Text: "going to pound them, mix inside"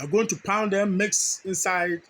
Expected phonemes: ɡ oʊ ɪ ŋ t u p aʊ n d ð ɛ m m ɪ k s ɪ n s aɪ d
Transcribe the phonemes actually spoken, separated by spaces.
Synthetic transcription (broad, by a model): ɡ oʊ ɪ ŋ t u p aʊ n d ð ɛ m m ɪ k s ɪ n s aɪ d